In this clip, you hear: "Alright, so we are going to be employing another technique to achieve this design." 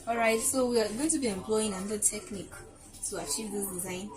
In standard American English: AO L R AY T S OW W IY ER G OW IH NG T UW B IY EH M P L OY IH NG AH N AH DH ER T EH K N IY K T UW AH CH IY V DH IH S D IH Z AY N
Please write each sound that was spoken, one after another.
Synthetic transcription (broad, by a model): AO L R AY T S OW W IY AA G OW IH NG T UW B IY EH M P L OY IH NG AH N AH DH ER T EH K N IY K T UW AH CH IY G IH D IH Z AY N